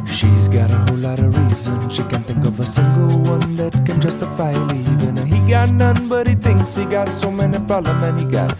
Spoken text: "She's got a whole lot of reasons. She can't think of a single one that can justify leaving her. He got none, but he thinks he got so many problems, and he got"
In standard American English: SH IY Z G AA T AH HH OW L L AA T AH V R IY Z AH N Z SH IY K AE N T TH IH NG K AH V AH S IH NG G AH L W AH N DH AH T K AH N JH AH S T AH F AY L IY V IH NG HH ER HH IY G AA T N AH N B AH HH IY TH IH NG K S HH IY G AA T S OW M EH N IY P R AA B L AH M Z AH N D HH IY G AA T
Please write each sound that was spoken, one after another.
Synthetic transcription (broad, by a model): SH IY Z G AA T AH HH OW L L AA T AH R IY Z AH N SH IY K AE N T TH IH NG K AH V AH S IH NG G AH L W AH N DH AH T K AH N JH AH S T AH F AY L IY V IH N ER HH IY G AA T N AH N B AH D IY T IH NG K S HH IY G AA T S OW M EH N IY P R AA L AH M AH N HH IY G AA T